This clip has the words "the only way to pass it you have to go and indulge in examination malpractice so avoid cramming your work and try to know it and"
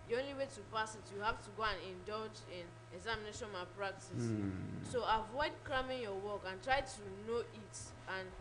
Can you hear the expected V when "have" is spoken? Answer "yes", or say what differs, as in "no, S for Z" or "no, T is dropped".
no, F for V